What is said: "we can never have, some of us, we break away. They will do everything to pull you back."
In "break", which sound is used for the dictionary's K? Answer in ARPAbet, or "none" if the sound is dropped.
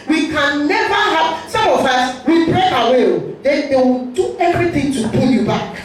none